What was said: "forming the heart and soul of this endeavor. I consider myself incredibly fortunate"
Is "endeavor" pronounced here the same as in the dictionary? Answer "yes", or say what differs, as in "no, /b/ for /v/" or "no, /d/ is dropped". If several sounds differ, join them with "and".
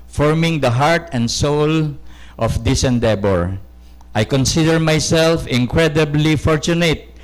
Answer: no, /b/ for /v/